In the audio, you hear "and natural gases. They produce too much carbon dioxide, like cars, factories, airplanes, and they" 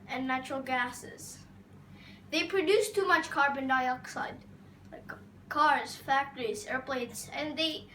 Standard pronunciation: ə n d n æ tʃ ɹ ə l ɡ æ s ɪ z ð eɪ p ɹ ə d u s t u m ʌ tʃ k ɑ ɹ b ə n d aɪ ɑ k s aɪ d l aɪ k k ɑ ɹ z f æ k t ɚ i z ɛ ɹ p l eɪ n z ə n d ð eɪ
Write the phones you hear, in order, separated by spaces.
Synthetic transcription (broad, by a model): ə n n æ tʃ ɹ ə l ɡ æ s ɪ z ð eɪ p ɹ ə d u s t u m ʌ tʃ k ɑ ɹ b ə n d aɪ ɑ k s aɪ d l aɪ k k ɑ ɹ z f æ k t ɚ i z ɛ ɹ p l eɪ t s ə n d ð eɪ